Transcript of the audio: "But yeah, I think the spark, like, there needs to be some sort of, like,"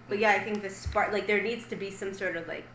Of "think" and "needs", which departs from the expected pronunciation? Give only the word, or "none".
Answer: none